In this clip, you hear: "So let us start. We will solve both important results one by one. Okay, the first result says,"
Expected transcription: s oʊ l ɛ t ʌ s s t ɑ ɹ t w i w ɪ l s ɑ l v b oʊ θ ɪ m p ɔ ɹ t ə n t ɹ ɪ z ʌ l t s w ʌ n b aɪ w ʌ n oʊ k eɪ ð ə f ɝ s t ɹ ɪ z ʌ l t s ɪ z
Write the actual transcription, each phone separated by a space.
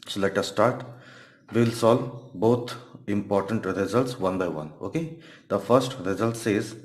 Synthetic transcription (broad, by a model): s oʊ l ɛ t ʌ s s t ɑ ɹ t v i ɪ l s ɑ l b oʊ t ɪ m p ɔ ɹ t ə n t ɹ ɪ z ʌ l t s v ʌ n b aɪ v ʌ n oʊ k eɪ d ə f ɝ s t ɹ ɪ z ʌ l t s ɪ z